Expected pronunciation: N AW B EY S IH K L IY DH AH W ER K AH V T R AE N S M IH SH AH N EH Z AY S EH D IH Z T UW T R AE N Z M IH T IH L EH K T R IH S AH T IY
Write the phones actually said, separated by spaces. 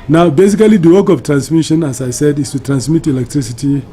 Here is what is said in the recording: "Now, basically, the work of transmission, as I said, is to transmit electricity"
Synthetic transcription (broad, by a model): N AW B EY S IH K L IY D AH W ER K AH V T R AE N S M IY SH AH N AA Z AY S EH D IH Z T UW T R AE N S M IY T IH L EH K T R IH S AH T IY